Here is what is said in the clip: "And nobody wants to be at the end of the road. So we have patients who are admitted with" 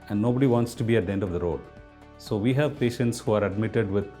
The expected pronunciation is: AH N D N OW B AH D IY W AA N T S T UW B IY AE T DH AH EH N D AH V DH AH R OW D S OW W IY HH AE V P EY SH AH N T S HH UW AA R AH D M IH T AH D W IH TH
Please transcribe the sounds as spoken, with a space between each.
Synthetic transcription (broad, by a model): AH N D N OW B AH D IY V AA N T S T UW B IY AE T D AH EH N D AH V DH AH R OW D S OW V IY HH AE V P EY SH AH N T S HH UW AA R AH D M IH T AH D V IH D